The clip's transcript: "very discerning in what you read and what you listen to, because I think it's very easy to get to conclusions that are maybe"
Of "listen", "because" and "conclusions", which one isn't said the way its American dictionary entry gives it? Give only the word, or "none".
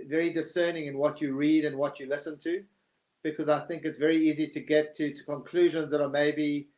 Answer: none